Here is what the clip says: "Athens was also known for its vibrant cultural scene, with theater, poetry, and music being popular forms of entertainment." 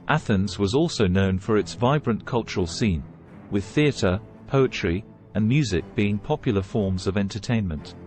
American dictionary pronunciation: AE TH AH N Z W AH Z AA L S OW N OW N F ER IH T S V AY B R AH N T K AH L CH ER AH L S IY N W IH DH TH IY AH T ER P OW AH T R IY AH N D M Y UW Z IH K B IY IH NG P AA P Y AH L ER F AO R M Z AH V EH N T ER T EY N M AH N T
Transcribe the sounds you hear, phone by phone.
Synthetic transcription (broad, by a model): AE TH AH N Z W AH Z AA L S OW N OW N F ER IH T S V AY B R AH N K AH L CH ER AH L S IY N W IH DH TH IY AH T ER P OW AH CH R IY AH N M Y UW Z IH K B IY IH NG P AA P Y L ER F AO R M Z AH V EH N T ER T EY N M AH N T